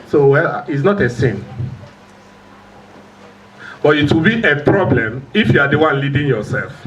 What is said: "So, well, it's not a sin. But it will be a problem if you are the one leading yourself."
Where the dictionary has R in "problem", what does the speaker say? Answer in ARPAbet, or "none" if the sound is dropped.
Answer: R